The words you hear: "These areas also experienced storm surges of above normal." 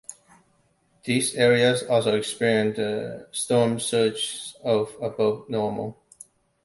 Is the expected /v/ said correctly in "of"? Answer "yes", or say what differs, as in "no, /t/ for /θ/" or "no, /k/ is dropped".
no, /b/ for /v/